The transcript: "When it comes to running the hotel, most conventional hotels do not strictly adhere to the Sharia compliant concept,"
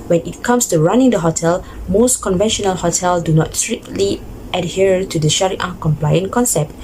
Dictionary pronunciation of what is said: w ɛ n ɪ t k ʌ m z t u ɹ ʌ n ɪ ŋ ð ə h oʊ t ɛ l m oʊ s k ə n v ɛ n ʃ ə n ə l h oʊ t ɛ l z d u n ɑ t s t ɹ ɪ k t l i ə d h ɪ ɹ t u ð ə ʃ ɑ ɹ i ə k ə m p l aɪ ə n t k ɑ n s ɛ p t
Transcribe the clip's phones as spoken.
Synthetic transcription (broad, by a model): w ɛ n ɪ t k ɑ m s t u ɹ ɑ n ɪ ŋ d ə h oʊ t ɛ l m oʊ s k ə n v ɛ n ʃ ə n ə l h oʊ t ɛ l d u n ɑ t s t ɹ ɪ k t l i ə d h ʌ ɹ t u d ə ʃ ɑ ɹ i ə k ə m p l aɪ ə n k ɑ n s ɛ p t